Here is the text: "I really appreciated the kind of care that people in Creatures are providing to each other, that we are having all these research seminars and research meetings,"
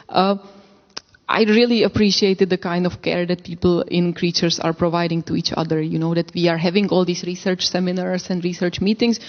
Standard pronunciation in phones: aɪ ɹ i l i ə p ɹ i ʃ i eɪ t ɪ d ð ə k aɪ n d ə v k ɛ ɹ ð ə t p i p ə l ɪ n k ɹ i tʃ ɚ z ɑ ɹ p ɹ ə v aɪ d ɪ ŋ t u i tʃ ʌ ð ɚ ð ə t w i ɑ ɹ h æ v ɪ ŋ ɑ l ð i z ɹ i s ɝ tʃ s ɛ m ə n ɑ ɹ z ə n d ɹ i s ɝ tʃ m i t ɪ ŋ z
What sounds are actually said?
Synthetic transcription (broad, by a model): aɪ ɹ i l i ə p ɹ i ʃ i eɪ t ɪ d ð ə k aɪ n d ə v k ɛ ɹ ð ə t p i p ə l ɪ n k ɹ i tʃ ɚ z ɑ ɹ p ɹ ə v aɪ d ɪ ŋ t u i tʃ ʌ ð ɚ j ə t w i ɑ ɹ h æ v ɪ ŋ ɑ l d i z ɹ i s ɝ tʃ s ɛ m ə n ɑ ɹ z ə n d ɹ i s ɝ tʃ m i t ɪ ŋ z